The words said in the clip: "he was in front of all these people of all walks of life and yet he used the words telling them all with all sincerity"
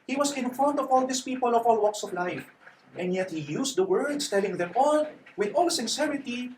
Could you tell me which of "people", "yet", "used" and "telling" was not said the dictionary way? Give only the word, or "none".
used